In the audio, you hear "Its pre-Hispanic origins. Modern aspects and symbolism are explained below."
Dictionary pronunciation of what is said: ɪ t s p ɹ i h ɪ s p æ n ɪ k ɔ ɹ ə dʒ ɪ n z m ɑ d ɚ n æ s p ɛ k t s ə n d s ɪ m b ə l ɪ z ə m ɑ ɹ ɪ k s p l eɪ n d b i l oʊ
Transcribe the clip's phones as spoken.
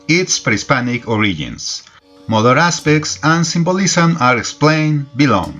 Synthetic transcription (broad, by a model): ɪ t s p ɹ i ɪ s p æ n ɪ k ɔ ɹ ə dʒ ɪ n s m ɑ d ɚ æ s p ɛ k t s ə n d s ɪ m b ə l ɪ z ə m ɑ ɹ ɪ k s p l eɪ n b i l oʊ